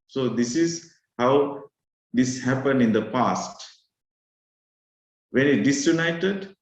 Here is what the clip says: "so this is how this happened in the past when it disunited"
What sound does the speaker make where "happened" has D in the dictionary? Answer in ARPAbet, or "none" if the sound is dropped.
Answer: D